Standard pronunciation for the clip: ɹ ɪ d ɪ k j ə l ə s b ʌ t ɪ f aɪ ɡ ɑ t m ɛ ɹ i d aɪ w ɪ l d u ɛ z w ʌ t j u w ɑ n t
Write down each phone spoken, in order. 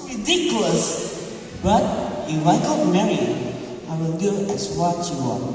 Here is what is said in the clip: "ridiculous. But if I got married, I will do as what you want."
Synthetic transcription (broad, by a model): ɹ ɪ d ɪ k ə l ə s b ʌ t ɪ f aɪ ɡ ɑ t m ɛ ɹ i aɪ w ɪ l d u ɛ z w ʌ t j u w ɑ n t